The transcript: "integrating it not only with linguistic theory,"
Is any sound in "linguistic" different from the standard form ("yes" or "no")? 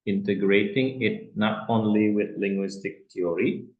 no